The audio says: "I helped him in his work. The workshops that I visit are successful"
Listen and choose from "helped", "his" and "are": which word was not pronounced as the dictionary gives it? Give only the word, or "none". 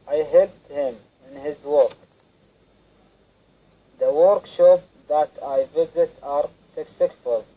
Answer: helped